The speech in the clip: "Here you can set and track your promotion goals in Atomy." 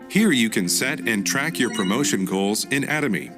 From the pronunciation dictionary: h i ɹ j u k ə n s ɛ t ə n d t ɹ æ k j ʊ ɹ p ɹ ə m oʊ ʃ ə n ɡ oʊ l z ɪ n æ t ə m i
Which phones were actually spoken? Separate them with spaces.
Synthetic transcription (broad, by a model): h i ɹ j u k ə n s ɛ t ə n t ɹ æ k j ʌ ɹ p ɹ ə m oʊ ʃ ə n ɡ oʊ l z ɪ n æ t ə m i